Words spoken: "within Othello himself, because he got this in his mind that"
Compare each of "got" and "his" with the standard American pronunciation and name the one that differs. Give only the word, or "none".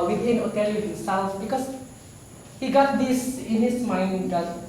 his